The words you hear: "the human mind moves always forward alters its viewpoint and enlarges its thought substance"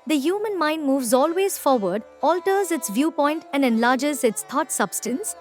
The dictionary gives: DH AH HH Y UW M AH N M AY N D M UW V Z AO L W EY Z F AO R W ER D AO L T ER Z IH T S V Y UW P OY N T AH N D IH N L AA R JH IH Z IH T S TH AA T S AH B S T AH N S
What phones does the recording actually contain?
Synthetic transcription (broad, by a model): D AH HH Y UW M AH N M AY N D M UW V Z AO L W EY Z F AO R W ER D AO L T ER Z IH T S V Y UW P OY N T AH N D IH N L AA R JH IH Z IH T S T AA T S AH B S T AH N S